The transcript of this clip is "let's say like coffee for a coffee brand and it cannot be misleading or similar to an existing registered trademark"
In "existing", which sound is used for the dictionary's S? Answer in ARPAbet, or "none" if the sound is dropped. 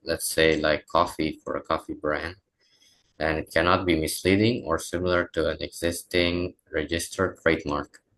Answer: S